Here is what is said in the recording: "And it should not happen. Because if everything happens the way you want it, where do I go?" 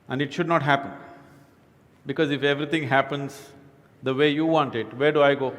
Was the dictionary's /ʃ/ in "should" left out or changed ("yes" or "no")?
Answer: no